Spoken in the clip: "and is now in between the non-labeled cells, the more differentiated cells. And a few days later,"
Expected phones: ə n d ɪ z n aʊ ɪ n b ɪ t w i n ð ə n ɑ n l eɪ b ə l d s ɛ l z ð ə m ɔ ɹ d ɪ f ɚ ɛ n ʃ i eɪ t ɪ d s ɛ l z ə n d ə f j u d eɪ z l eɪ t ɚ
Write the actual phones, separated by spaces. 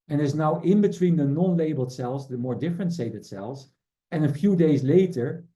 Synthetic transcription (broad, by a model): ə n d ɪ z n aʊ ɪ n b ɪ t w i n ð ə n ɑ n l eɪ b ə l d s ɛ l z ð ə m ɔ ɹ d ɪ f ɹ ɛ n s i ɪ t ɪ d s ɛ l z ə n ə f j u d eɪ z l eɪ t ɚ